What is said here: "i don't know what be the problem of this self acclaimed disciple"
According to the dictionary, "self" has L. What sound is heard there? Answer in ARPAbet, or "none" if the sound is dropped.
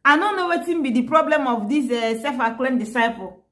none